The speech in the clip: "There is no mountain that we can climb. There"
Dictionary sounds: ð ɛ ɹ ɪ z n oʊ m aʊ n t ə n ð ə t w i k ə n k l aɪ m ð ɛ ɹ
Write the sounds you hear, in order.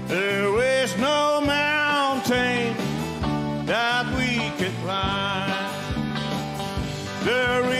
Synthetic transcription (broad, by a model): ð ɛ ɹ ɪ z n oʊ m aʊ n t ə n ð ə t w i k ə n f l aɪ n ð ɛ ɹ